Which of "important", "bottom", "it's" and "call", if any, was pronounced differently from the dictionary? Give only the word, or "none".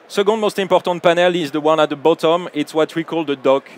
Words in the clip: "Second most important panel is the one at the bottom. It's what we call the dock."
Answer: important